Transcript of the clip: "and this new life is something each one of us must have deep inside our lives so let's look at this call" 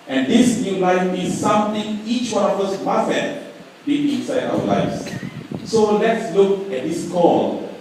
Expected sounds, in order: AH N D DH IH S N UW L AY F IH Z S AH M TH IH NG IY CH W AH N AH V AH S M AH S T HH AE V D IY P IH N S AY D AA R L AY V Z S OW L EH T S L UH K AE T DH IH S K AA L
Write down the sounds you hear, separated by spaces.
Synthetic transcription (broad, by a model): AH N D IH S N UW L AY F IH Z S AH M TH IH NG IY CH W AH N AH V AH S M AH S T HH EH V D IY IH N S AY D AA L AY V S S OW L EH T S L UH K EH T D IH S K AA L